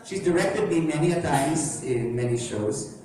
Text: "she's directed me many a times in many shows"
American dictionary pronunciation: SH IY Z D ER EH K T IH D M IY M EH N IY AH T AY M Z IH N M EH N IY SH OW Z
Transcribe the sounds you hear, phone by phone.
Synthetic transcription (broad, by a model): SH IY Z D ER EH K T IH D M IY M EH N IY AH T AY Z IH N M EH N IY SH OW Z